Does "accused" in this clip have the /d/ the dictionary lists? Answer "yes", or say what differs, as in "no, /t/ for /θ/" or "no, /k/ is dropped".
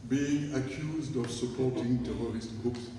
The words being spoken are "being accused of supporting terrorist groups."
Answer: yes